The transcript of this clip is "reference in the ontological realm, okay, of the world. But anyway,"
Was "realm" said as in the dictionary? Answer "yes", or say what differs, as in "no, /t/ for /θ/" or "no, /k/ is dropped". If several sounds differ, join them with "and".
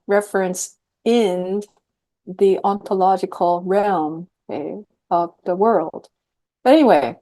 yes